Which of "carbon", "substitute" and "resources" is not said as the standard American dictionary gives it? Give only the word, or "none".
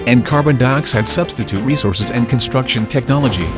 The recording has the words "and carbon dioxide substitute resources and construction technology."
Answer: none